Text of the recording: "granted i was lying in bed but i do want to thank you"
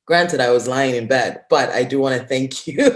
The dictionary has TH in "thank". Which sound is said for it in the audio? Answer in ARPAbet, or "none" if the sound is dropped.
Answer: TH